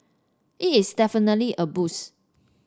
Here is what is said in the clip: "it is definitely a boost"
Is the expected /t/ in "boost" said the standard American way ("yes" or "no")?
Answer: no